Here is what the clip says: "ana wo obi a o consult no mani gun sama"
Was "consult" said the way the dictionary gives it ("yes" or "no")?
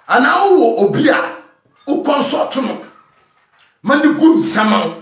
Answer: no